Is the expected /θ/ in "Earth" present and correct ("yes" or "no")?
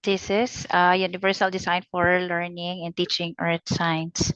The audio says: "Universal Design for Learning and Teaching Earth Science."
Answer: no